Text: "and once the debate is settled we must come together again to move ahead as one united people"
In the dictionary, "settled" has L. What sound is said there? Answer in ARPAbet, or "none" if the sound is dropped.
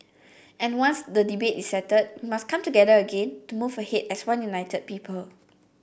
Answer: none